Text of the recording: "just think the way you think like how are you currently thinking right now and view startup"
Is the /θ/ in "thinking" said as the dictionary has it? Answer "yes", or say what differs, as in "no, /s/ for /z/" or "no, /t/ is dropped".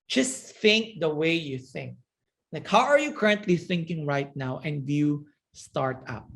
yes